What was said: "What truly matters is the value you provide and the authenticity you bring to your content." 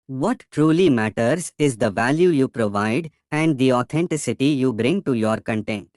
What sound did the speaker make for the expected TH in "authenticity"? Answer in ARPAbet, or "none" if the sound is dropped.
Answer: T